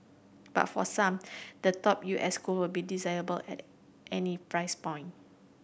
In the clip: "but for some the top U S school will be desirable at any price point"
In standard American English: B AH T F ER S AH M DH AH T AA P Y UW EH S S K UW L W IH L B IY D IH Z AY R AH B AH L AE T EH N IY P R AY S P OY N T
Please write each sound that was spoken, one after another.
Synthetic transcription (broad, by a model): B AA T F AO S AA M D AH T AA P Y UW EH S S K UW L W IH L B IY D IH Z AY AH B AH L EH T EH N IY P R AY S P OY N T